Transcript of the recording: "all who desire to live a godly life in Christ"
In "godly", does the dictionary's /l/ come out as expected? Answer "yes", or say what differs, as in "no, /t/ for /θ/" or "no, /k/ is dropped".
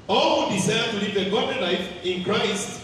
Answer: no, /l/ is dropped